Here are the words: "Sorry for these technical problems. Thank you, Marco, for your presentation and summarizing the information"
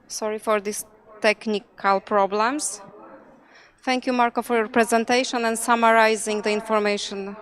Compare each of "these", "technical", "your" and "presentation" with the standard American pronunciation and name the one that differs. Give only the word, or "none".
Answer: these